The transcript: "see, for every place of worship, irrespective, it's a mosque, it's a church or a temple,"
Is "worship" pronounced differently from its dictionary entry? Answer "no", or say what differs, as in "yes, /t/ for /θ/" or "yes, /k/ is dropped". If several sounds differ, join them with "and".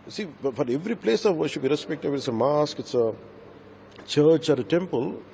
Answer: yes, /b/ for /p/